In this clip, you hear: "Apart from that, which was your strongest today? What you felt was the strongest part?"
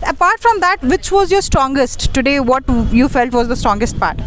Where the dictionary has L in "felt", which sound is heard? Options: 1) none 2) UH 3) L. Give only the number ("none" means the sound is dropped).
3